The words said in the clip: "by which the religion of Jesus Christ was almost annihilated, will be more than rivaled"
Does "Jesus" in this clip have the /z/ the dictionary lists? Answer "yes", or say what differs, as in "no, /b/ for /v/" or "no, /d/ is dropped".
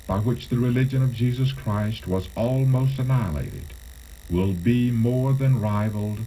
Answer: yes